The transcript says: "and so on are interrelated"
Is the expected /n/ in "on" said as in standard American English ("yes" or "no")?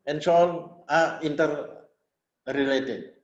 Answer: no